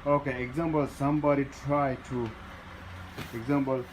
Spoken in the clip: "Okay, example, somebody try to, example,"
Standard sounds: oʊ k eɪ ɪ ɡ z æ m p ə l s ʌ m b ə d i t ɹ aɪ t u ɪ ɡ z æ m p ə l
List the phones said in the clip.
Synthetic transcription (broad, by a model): oʊ k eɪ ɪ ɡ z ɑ m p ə l s ʌ m b ə d i t ɹ aɪ t u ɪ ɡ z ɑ m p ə l